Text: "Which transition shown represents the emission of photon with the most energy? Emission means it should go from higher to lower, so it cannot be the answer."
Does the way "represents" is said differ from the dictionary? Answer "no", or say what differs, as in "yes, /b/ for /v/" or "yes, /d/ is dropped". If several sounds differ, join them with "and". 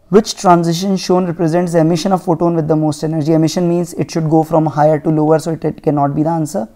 no